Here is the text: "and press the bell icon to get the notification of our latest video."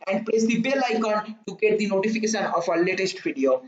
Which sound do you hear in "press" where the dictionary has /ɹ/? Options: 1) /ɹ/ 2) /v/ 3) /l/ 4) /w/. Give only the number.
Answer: 3